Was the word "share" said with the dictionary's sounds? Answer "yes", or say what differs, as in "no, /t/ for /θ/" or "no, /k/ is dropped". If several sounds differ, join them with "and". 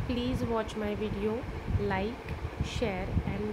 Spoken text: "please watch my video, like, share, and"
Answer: yes